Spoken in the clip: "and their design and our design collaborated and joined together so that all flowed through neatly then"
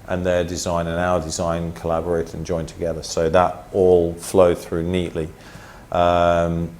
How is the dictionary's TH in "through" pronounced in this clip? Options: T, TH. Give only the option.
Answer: TH